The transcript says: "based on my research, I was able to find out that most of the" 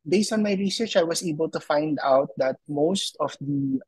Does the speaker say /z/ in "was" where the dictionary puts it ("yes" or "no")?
no